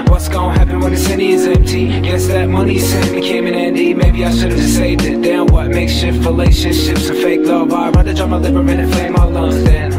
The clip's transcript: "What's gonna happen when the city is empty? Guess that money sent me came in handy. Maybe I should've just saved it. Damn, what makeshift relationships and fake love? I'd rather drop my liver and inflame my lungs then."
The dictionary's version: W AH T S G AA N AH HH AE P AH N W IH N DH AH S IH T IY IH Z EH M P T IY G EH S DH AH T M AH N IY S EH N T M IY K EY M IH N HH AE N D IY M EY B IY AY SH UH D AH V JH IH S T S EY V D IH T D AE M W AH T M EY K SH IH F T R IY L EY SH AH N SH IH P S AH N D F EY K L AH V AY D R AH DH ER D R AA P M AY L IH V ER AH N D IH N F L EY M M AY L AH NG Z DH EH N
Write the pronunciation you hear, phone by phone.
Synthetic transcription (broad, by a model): W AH T S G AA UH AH HH AE P AH N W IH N DH AH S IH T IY IH Z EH M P T IY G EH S DH AH T M AH N IY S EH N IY K EY M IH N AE N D IY M EY B IY AY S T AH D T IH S S EY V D IH T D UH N W AH T M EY K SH IH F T R IY L EY SH AH N SH IH P S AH F EY K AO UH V AY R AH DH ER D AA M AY L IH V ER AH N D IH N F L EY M M AY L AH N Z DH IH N